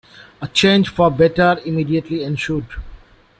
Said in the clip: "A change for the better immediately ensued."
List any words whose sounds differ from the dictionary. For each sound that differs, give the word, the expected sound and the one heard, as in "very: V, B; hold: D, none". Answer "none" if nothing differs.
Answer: ensued: S, SH